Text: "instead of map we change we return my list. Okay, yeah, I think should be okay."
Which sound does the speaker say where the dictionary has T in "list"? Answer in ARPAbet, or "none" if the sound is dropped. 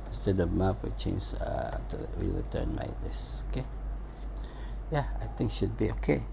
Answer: none